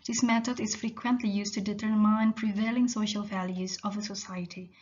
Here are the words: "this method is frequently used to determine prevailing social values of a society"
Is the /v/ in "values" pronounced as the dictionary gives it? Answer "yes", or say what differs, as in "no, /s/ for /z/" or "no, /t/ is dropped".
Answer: yes